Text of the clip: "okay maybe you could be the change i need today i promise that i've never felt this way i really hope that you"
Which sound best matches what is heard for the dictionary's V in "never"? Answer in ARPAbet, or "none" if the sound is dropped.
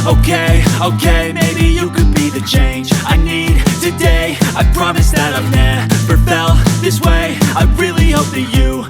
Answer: P